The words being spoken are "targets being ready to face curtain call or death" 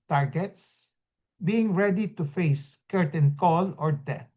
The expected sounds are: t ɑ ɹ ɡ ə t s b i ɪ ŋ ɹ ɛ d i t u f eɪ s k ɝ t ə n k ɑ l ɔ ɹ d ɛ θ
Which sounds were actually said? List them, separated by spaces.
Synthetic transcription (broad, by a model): t ɑ ɹ ɡ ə t s b i ɪ ŋ ɹ ɛ d i t u f eɪ s k ɝ t ə n k ɑ l ɔ ɹ d ɛ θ